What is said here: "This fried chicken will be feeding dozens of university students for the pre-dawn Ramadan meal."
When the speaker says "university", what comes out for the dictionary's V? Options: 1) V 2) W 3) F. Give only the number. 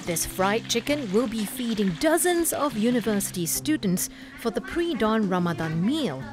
1